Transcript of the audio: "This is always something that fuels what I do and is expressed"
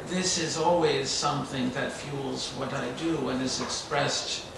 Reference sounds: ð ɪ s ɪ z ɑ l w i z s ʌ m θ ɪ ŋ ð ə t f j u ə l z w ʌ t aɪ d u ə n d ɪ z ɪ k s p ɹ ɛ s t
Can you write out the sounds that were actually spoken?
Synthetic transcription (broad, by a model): ð ɪ s ɪ z ɑ l w i z s ʌ m θ ɪ ŋ ð ə t f j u l z w ʌ t aɪ d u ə n ɪ z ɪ k s p ɹ ɛ s t